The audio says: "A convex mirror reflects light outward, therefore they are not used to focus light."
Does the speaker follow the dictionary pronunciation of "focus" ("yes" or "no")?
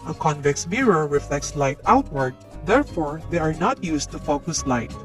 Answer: yes